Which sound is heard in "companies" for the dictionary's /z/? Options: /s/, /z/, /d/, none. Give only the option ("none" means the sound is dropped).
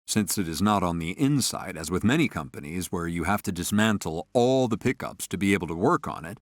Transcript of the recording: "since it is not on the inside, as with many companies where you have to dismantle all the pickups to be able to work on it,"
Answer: /z/